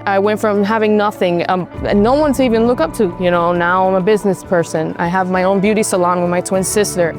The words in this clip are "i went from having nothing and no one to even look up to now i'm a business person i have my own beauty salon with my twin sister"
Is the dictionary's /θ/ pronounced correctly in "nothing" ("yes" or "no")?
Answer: yes